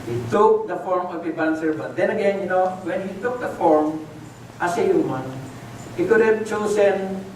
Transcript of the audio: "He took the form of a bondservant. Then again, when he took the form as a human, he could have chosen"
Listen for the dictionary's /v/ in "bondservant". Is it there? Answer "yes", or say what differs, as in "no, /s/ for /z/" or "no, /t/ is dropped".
no, /b/ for /v/